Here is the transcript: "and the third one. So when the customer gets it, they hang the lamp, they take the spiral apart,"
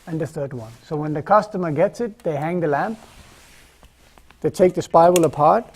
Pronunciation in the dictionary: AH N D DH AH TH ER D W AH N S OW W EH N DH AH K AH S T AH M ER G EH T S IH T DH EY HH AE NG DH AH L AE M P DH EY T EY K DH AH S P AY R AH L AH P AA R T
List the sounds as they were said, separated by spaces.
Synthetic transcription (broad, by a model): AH N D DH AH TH ER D W AH N S OW W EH N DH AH K AH S T AH M ER G EH T S IH T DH EY HH AE NG DH AH L AE M P DH EY T EY K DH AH S P AY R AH L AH P AA R T